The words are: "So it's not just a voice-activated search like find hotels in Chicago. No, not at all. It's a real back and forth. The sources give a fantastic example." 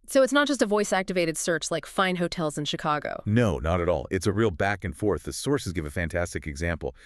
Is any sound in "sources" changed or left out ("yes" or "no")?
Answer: no